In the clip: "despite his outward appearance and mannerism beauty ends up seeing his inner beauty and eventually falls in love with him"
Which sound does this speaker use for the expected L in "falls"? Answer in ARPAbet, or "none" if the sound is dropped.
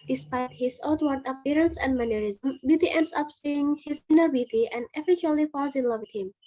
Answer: none